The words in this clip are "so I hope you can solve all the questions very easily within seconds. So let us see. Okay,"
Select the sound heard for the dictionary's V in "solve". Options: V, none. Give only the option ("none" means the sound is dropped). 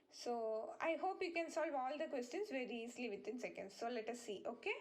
V